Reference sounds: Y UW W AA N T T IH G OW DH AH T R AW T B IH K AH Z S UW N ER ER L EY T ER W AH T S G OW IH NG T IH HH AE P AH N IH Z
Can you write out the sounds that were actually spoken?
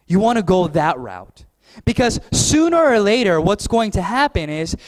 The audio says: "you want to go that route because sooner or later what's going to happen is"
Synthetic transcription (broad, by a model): Y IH W AA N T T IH G OW DH AH T R AW T B IH K AH Z S UW N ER ER L EY T ER W AH T S G OW IH NG T IH HH AE P AH N IH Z